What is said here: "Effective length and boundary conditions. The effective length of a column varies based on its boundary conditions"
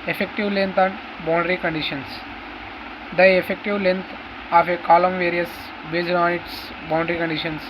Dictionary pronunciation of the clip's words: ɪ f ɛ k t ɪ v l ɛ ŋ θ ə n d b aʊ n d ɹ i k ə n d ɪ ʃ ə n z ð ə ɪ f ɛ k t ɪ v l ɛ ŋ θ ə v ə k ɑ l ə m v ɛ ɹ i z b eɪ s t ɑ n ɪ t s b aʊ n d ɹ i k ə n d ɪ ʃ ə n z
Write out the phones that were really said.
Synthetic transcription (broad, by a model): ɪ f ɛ k t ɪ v l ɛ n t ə n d b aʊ n d ɹ i k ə n d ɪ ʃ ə n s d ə ɪ f ɛ k t ɪ v l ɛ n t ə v ə k ɑ l ə m v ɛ ɹ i s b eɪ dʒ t ɑ n ɪ t s b aʊ n d ɹ i k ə n d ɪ ʃ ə n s